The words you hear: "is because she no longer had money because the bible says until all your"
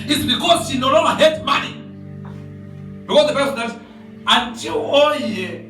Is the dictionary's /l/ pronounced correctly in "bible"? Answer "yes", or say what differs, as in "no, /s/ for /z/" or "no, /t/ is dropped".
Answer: no, /n/ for /l/